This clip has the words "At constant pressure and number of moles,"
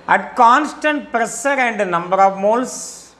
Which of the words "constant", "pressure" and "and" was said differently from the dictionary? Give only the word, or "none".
pressure